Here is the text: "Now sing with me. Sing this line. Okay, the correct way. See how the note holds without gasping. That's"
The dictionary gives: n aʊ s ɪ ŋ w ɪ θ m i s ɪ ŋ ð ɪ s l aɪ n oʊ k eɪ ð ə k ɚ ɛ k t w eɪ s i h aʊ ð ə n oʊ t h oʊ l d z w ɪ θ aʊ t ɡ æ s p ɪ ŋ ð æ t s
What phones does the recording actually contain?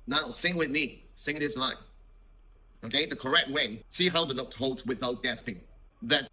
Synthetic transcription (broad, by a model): n aʊ s ɪ ŋ w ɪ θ m i s ɪ ŋ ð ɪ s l aɪ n oʊ k eɪ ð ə k ɚ ɛ k t w eɪ s i h aʊ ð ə l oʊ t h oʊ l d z w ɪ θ aʊ t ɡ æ s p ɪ ŋ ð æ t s